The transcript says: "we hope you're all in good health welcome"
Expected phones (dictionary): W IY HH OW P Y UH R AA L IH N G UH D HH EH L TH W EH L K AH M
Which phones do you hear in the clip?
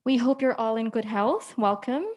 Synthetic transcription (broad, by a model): W IY HH OW P Y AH R AA L IH N G UH D HH EH L TH W EH L K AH M